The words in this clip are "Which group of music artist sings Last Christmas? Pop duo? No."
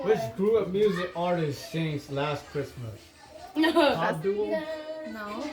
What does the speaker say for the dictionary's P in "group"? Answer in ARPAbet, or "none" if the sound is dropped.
none